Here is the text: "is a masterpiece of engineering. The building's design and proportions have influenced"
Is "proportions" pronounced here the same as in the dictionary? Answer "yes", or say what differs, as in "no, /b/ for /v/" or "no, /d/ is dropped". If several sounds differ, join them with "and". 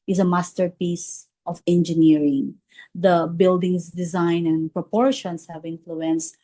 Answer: no, /s/ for /z/